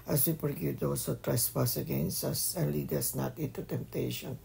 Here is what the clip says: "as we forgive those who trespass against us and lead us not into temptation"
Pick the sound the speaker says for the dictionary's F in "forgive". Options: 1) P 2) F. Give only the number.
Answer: 1